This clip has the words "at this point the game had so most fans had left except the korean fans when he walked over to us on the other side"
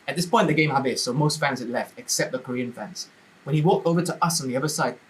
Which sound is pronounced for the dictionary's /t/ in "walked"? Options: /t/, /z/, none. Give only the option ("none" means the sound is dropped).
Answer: /t/